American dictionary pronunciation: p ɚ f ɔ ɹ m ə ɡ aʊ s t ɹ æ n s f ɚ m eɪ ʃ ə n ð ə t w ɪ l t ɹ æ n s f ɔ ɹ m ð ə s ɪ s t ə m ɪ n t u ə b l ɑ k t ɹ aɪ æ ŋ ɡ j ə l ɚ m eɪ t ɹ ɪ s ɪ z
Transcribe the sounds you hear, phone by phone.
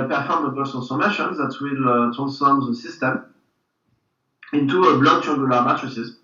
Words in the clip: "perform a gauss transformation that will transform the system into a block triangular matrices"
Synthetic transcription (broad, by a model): p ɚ f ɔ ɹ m ə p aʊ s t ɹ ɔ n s ɚ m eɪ ʃ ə n ð ə t w ɪ l t ɹ æ n s f ɔ ɹ m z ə s ɪ s t ə m ɪ n t u ə b l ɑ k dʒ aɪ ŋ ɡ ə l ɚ m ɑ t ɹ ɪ s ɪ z